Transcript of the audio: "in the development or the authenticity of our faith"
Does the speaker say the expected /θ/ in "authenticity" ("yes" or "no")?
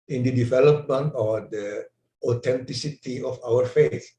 no